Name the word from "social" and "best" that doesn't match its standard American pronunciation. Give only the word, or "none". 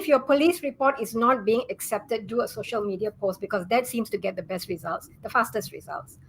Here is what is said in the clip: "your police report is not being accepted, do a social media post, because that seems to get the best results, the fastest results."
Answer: none